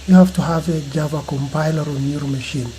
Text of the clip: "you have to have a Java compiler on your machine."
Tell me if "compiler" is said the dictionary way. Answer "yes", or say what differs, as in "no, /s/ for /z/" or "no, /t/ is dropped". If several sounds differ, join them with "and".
yes